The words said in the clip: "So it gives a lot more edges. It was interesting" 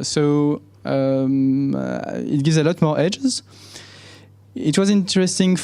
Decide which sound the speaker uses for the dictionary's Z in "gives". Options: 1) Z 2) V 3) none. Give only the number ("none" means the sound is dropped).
1